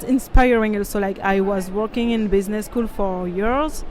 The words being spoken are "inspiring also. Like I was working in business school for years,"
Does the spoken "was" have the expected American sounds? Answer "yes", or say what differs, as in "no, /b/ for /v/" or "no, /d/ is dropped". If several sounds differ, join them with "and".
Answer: yes